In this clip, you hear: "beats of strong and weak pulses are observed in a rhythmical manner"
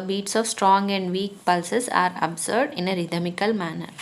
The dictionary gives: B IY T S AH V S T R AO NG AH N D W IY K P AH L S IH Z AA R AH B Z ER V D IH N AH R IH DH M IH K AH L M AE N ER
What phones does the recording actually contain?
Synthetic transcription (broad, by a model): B IY T S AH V S T R AO NG AH N D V IY K P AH L S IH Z AA R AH B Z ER D IH N AH R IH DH M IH K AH L M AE N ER